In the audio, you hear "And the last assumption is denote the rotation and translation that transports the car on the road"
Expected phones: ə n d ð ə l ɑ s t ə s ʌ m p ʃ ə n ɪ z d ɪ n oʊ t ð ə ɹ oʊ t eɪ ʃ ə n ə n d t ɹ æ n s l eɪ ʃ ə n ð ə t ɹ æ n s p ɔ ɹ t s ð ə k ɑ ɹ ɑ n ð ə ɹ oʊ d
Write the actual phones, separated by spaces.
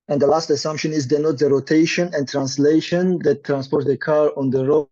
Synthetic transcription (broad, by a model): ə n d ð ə l ɑ s t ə s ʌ m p ʃ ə n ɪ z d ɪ n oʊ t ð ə ɹ oʊ t eɪ ʃ ə n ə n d t ɹ æ n s l eɪ ʃ ə n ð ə t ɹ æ n s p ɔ ɹ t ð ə k ɑ ɹ ɑ n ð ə ɹ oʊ